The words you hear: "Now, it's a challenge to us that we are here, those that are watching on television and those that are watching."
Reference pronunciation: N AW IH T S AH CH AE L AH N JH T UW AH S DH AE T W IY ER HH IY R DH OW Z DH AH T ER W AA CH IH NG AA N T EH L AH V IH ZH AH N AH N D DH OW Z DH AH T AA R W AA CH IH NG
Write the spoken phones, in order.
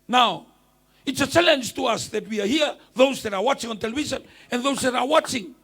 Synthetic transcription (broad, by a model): N AW IH T S AH CH AE L AH N JH T UW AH S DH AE T W IY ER HH IY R DH OW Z DH AH T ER W AA CH IH NG AA N T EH L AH V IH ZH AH N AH N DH OW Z DH AH T AA R W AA CH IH NG